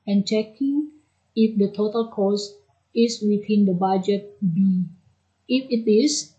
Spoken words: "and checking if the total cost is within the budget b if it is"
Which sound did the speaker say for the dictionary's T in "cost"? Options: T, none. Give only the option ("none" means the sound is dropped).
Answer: none